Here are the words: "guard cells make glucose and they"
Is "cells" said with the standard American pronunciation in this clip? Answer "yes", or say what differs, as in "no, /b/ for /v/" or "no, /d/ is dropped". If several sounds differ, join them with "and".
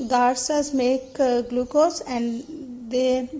no, /l/ is dropped